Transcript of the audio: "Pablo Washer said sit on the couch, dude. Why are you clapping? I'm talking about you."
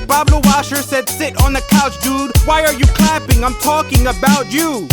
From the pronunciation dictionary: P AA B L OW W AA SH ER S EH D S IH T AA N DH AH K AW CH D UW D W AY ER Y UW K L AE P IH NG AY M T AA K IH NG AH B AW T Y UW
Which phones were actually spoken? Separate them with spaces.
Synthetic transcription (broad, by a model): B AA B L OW W AA SH ER S EH D S IH T N DH AH K AW CH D UW D W AY ER Y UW K L AE P IH NG AY M T AA K IH NG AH B AW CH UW